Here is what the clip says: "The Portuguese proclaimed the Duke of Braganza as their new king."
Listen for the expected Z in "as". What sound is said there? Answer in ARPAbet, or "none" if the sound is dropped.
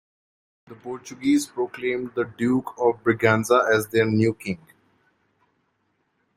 Z